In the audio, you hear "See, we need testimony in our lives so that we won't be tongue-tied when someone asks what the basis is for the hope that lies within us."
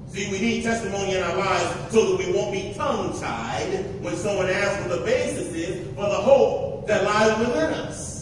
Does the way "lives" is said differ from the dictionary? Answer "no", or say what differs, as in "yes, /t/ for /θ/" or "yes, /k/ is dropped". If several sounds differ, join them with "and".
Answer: no